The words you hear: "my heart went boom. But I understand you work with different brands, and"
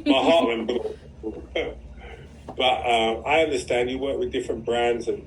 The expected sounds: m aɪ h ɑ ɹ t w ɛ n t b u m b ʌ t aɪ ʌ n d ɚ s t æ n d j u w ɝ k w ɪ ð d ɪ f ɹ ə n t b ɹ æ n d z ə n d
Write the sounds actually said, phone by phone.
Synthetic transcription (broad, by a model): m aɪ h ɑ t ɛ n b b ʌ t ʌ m aɪ ʌ n d ɚ s t æ n d j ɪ w ɝ k w ɪ ð d ɪ f ɹ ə n b ɹ æ n d z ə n